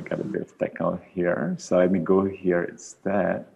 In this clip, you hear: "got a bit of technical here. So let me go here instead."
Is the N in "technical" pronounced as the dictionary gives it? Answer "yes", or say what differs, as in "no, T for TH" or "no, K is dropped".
no, N is dropped